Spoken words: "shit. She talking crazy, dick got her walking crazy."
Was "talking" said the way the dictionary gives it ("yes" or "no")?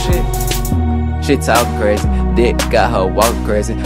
no